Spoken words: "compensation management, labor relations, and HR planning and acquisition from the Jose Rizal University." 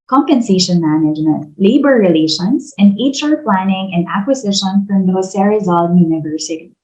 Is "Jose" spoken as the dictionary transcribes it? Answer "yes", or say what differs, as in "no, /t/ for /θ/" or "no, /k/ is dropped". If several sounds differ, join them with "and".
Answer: no, /s/ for /z/